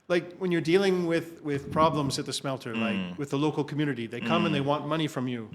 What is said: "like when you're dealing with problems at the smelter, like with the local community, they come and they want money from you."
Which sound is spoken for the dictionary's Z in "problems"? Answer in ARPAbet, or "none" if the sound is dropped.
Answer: Z